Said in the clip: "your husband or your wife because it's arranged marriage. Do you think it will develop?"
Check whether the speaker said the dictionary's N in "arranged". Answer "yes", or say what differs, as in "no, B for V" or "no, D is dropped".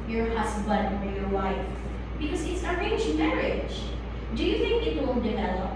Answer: no, N is dropped